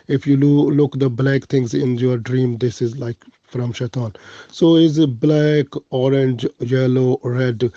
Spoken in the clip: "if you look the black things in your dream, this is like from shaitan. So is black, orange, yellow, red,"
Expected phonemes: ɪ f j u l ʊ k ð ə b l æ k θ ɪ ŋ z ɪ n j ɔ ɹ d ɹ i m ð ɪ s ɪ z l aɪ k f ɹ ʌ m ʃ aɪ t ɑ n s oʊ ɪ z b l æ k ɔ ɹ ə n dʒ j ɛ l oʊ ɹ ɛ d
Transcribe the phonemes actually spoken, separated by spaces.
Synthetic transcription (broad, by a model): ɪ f j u l ʊ k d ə b l æ k t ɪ ŋ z ɪ n j ɔ ɹ d ɹ i m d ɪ s ɪ z l aɪ k f ɹ ʌ m ʃ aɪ t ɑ n s oʊ ɪ z b l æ k ɔ ɹ ə n dʒ j ɛ l oʊ ɹ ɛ d